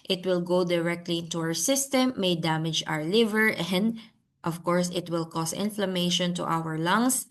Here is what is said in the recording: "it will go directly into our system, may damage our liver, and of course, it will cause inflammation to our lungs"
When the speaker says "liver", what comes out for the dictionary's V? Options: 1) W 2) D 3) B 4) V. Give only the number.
4